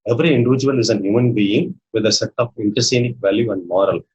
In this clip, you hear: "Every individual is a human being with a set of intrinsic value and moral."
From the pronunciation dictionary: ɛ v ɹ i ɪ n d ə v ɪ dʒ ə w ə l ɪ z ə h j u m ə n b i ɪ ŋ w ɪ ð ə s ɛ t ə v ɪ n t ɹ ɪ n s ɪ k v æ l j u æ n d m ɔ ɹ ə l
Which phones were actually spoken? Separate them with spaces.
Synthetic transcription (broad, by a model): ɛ v ɹ i ɪ n d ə v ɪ dʒ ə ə l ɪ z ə h j u m ə n b i ɪ ŋ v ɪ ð ə s ɛ t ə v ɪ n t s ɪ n ɪ k v æ l j u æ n d m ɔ ɹ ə l